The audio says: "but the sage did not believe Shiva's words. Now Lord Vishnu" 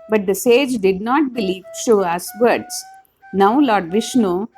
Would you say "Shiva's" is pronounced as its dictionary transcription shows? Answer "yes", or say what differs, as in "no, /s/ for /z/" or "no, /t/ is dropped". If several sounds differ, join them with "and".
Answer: no, /v/ is dropped